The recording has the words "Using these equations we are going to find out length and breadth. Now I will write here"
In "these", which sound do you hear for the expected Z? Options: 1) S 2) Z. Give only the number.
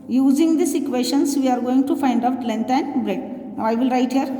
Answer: 1